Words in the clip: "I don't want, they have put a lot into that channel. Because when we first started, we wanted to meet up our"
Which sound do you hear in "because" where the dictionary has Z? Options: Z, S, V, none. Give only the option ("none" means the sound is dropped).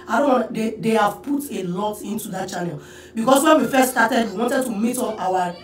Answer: S